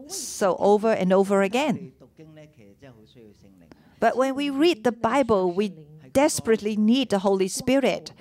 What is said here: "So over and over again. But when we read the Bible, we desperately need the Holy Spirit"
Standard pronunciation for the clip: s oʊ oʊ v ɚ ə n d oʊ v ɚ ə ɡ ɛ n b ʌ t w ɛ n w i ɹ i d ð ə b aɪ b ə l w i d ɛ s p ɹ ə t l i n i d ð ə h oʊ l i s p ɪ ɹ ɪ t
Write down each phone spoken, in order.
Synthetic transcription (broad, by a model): s oʊ oʊ v ɚ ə n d oʊ v ɚ ə ɡ ɛ n b ʌ t w ɛ n w i ɹ i d ð ə b aɪ b ə l w i d ɛ s p ɹ ə t l i n i d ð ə h oʊ l i s p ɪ ɹ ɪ t